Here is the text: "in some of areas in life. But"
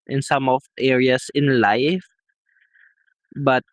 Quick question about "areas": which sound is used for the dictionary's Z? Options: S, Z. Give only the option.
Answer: S